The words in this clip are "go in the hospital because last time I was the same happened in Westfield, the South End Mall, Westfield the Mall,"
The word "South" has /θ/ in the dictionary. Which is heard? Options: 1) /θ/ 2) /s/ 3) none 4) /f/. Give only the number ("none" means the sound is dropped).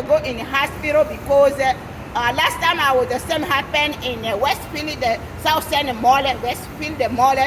2